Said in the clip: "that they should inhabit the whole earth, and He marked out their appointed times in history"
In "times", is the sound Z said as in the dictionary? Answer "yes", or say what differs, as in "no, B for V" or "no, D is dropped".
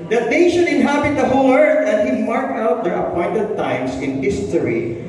no, S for Z